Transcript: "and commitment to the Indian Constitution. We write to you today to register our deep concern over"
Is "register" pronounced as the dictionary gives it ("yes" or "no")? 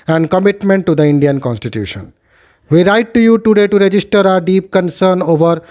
yes